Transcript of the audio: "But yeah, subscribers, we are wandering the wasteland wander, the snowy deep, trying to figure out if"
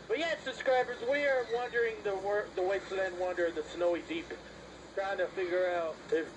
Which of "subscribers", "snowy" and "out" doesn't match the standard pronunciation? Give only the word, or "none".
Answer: none